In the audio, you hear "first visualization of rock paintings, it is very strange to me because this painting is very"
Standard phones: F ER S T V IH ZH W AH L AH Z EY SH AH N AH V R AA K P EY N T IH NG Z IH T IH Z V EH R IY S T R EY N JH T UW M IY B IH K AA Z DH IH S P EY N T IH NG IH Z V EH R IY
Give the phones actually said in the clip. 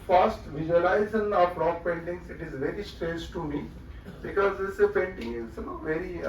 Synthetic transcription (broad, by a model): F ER S T V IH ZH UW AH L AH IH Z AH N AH B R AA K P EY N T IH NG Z IH T IH Z V EH R IY S T R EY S T UW M IY B IH K AA Z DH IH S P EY N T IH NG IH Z V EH R IY